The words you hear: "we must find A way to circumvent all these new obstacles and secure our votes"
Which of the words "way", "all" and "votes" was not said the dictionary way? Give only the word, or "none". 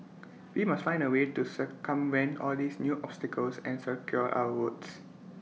votes